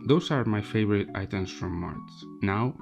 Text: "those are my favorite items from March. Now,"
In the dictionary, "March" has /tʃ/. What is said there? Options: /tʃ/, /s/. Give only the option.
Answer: /s/